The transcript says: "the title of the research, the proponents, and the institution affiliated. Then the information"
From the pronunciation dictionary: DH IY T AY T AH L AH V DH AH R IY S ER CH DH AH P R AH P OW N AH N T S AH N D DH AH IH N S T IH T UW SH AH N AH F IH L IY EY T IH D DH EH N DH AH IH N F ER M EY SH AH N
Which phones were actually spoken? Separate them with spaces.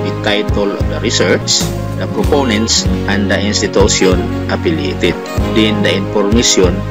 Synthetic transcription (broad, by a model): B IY T AY T AH L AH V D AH R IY S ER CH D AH P R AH P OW N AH N T S AH N D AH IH N S T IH T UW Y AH N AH P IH L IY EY T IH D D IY N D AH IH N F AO M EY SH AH N